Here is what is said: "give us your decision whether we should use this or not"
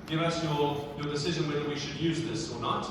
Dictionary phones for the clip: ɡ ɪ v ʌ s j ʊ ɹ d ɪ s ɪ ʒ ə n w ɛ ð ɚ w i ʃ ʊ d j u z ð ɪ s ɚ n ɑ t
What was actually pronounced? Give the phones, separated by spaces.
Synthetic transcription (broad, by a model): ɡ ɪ v ʌ s j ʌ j d ɪ s ɪ ʒ ə n w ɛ ð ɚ w i ʃ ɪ d j u z ð ɪ s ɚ n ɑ t